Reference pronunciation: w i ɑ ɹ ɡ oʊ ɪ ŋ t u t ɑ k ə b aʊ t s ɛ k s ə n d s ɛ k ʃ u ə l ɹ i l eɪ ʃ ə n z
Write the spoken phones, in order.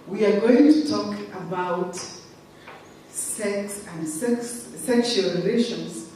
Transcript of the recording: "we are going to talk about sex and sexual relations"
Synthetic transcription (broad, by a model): w i ɑ ɹ ɡ oʊ ɪ ŋ t u t ɑ k ə b aʊ t s ɛ k s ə n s s ɛ k ʃ u ə l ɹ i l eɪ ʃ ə n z